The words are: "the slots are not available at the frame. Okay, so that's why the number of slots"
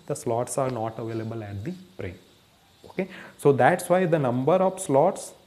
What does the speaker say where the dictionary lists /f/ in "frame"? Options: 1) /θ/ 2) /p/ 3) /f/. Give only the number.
2